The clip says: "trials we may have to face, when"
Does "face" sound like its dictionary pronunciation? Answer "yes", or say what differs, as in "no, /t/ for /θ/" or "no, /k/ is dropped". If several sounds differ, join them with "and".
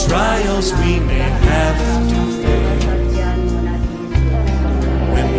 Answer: no, /s/ is dropped